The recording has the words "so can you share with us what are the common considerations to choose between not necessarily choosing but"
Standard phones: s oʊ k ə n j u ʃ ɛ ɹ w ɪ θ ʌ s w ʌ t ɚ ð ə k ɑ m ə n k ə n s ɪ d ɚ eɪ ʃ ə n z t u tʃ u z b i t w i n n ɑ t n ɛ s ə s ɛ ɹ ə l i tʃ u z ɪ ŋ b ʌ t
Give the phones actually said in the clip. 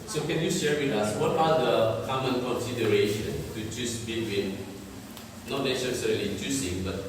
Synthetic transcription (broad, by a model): s oʊ k ə n j u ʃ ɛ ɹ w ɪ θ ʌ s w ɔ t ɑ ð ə k ɑ m ə n k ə n s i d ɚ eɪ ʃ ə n t u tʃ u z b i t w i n n ɑ t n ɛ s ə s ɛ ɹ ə l i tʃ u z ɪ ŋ b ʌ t